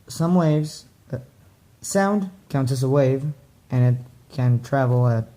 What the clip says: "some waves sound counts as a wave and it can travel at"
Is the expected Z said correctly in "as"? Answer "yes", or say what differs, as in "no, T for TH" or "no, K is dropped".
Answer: no, S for Z